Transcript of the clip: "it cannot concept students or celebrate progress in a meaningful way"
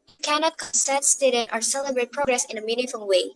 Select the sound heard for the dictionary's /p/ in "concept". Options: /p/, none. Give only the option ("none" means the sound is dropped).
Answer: none